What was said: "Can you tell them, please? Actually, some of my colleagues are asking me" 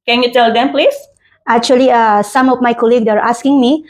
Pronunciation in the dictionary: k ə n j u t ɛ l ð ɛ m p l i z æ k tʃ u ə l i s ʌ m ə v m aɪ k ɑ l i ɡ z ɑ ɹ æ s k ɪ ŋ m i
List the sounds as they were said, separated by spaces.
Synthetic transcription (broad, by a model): k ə n j u t ɛ l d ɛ m p l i s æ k tʃ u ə l i s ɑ m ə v m aɪ k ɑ l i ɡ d ɑ ɹ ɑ s k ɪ ŋ m i